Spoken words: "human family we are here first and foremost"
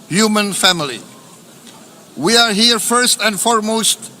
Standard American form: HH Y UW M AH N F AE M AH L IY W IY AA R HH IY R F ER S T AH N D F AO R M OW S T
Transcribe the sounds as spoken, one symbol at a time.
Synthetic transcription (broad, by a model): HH Y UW M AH N F AE M AH L IY W IY AA R HH IY R F ER S T AH N D F AO R M OW S T